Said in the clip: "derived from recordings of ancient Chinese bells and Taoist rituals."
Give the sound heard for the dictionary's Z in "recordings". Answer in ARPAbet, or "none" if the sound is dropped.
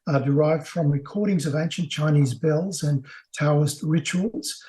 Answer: Z